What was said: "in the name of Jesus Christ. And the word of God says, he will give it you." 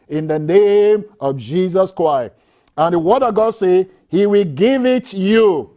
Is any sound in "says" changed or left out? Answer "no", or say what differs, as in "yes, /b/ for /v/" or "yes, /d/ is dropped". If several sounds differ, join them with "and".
yes, /z/ is dropped